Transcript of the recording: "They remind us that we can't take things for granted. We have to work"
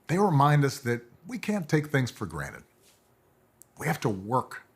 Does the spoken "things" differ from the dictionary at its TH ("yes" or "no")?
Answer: no